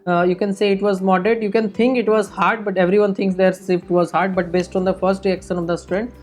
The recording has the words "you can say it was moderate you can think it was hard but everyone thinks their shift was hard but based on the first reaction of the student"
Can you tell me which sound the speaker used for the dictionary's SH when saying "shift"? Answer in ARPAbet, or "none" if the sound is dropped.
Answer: S